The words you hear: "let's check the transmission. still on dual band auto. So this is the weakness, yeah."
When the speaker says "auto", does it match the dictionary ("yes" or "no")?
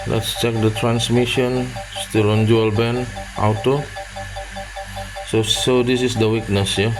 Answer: no